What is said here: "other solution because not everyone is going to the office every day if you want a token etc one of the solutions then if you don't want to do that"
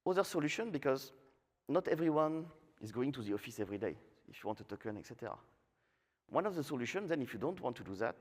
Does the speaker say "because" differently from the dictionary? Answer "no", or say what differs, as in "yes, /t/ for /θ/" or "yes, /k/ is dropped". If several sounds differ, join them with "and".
no